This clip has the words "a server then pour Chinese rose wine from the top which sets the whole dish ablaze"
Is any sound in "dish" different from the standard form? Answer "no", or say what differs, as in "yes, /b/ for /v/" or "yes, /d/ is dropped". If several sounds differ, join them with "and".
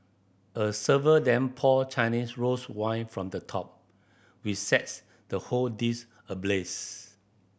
yes, /s/ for /ʃ/